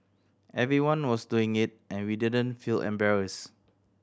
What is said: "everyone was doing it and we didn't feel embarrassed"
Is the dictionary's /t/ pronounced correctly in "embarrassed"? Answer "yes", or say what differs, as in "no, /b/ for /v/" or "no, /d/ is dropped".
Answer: no, /t/ is dropped